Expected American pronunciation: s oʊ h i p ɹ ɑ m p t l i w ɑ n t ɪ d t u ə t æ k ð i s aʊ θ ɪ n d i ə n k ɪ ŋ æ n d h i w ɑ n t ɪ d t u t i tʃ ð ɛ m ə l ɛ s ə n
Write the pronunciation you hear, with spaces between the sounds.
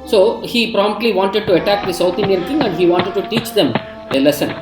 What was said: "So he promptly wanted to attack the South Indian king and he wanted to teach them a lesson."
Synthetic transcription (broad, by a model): s oʊ h i p ɹ ɑ m p t l i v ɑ n t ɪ d t u ə t æ k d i s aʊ t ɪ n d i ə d k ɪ ŋ æ n d h i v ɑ n t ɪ d t u t i tʃ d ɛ m ə l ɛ s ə n